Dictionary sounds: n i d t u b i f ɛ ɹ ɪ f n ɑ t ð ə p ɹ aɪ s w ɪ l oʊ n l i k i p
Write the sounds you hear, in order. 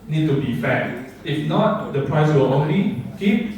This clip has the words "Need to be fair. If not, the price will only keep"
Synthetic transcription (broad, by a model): n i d t u b i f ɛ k ɪ f n ɑ t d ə p ɹ aɪ s w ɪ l oʊ n l i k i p